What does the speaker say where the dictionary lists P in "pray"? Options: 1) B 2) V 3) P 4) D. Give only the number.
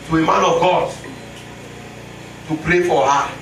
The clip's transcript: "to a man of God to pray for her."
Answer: 3